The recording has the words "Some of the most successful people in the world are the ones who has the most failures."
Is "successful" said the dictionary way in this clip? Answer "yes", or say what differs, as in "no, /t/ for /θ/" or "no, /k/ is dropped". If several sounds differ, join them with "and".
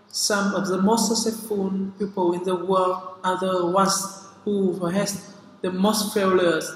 no, /k/ is dropped